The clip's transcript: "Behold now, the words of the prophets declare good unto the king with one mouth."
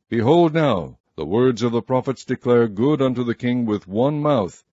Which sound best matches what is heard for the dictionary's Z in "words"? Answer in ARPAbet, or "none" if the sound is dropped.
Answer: Z